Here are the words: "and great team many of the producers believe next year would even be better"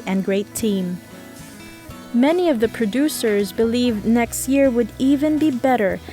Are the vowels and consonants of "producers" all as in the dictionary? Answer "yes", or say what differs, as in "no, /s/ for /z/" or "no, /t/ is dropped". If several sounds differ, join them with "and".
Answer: yes